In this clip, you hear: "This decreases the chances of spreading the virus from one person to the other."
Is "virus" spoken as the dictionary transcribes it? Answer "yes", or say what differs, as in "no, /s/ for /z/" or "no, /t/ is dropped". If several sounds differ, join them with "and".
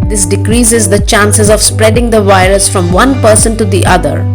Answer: yes